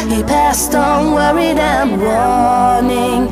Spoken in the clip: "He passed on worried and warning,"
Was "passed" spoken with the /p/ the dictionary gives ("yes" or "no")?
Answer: yes